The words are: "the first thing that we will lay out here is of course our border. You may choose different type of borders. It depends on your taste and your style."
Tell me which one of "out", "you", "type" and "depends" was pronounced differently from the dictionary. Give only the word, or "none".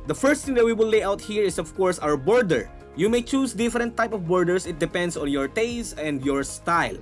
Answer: depends